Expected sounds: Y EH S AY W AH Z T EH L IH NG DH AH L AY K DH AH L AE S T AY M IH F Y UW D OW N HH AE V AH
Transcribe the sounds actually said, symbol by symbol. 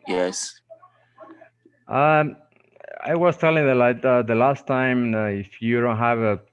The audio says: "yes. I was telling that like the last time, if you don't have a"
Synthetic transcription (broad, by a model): Y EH S AY W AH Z T EH L IH NG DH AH L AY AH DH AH L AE S T AY M IH F Y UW D OW N HH AE V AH